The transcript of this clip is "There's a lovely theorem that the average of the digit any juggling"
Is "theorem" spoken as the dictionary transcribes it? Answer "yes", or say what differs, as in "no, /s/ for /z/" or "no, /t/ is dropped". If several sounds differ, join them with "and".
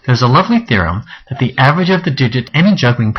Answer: yes